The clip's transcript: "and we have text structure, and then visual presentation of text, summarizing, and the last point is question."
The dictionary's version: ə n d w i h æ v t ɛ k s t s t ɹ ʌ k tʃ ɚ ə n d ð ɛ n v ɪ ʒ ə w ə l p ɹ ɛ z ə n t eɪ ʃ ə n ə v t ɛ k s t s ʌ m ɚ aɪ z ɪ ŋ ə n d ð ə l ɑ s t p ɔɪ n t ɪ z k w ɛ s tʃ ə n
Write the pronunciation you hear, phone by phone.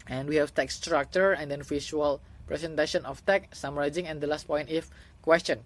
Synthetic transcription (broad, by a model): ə n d w i h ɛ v t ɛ k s s t ɹ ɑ k tʃ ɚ ə n d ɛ n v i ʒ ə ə l p ɹ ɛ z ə n t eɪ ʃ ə n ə f t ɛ k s s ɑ m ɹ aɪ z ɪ ŋ ə n d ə l ɑ s t p ɔɪ n t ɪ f k w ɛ s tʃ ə n